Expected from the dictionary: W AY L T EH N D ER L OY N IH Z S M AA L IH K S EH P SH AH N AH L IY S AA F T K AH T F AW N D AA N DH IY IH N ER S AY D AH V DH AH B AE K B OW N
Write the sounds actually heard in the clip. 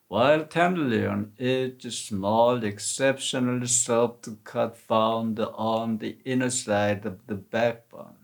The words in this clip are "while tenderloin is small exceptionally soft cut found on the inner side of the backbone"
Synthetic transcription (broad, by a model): W AY L T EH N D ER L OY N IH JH S M AA L IH K S EH P SH AH N AH L IY S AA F T K AH T F AW N D AA N DH IY IH N ER S AY D AH V DH AH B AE K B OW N